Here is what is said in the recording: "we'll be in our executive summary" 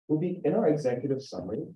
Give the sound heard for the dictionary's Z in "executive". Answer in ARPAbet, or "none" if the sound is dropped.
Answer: Z